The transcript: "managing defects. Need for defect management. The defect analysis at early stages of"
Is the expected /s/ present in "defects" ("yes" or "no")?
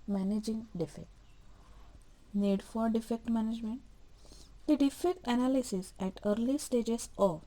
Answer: no